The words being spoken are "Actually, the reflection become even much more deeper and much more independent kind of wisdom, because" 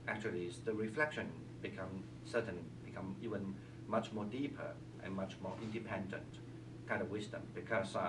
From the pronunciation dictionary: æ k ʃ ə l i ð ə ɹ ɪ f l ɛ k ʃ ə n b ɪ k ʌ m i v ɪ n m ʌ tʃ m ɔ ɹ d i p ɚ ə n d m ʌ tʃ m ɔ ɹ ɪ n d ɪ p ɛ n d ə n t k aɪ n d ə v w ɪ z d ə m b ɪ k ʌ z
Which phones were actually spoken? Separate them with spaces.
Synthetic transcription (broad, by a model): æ k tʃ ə l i ð ə ɹ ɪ f l ɛ k ʃ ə n b ɪ k ʌ m i v ɪ n m ʌ tʃ m ɔ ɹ d i p ɚ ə n m ʌ tʃ m ɔ ɹ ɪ n d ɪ p ɛ n d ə n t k aɪ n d ə v w ɪ z d ə m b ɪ k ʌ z